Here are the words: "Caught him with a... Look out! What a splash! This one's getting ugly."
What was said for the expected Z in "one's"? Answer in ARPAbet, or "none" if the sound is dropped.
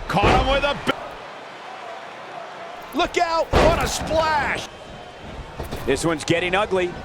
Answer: Z